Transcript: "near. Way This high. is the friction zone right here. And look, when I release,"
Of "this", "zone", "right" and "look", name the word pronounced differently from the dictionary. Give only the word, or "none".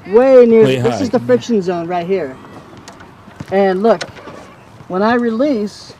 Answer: none